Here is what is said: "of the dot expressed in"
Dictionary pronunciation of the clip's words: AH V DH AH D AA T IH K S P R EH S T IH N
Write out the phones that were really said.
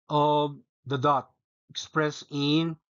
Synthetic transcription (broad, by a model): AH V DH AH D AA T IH K S P R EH S IH N